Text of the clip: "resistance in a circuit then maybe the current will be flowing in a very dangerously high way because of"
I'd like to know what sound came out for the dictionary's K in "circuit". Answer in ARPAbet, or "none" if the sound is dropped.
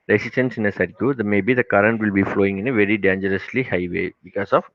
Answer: none